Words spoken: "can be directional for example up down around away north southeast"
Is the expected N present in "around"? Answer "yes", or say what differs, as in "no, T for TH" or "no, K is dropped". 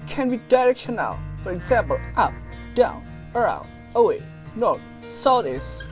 no, N is dropped